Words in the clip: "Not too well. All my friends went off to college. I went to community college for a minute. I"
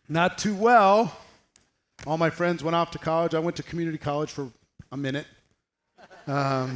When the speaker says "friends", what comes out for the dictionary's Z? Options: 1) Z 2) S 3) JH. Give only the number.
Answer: 1